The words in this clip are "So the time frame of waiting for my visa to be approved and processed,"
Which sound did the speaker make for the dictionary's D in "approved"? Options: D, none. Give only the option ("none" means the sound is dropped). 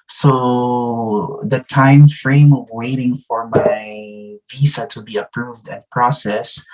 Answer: D